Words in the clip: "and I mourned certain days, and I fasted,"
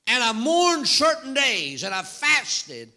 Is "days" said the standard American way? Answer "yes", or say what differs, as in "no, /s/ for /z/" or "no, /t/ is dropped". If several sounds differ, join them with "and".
yes